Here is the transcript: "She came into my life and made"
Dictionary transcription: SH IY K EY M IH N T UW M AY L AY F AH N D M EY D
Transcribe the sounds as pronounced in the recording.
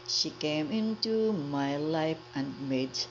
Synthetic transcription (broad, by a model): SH IY K EY M IH N T UW M AY L AY F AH N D M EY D